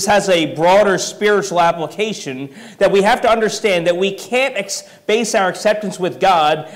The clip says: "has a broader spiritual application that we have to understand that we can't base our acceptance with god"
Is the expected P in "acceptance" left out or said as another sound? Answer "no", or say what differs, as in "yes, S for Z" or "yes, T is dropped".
no